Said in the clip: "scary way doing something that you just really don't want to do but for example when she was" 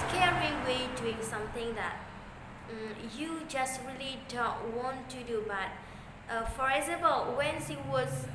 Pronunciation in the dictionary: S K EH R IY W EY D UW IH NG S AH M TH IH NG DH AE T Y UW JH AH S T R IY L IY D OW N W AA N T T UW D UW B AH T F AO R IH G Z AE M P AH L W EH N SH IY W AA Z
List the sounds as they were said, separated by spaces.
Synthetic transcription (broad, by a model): K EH R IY W EY D UW IH NG S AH M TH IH NG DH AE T Y UW JH AH S T R IY L IY D OW N W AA N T T UW D UW B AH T F AO R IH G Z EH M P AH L W EH N S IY W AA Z